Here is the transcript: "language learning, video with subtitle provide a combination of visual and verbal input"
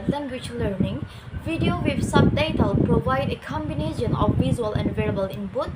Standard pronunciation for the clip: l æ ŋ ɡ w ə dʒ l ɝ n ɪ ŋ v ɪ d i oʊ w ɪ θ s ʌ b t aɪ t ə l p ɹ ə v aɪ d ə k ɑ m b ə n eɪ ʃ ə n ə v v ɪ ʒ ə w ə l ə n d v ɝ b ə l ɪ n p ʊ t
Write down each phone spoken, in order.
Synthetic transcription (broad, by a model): l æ ŋ ɡ w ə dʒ l ɝ n ɪ ŋ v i d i oʊ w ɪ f s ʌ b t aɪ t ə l p ɹ ə v aɪ d ə k ɑ m b ə n eɪ ʃ ə n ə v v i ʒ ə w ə l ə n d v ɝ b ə l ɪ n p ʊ t